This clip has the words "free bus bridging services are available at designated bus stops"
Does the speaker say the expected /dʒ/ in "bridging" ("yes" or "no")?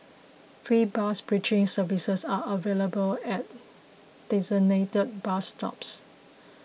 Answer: no